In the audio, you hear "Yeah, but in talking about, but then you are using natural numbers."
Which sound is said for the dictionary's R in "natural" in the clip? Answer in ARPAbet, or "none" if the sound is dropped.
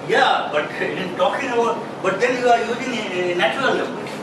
none